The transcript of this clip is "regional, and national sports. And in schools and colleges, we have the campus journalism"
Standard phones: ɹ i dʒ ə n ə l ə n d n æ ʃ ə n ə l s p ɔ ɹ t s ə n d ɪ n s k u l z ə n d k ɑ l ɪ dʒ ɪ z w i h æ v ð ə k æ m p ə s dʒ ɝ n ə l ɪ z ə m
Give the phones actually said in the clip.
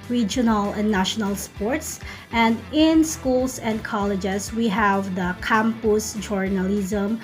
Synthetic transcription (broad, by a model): ɹ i dʒ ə n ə l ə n n æ ʃ ə n ə l s p ɔ ɹ t s ə n d ɪ n s k u l s ə n d k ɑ l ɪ dʒ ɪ s w i h æ v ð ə k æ m p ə s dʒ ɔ n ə l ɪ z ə m